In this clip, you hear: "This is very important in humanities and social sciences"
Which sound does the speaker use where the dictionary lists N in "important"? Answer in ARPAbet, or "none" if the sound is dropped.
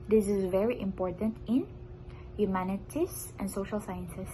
N